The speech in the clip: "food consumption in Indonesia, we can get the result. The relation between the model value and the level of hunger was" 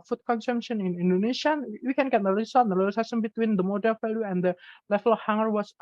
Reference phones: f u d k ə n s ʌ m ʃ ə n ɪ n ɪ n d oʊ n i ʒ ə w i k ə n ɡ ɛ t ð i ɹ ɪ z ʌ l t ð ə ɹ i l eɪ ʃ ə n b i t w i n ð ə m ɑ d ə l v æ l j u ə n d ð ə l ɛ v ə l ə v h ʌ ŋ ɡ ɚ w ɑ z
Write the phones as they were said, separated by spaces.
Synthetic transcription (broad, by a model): f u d k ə n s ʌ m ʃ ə n ɪ n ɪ n d oʊ n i s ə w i k ə n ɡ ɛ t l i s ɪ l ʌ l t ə l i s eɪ s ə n b i t w i n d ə m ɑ d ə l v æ l j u ə n d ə l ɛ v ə l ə f h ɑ ŋ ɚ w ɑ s